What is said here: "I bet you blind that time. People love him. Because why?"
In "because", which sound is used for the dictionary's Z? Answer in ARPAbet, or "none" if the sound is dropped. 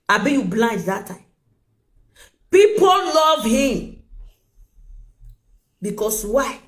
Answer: S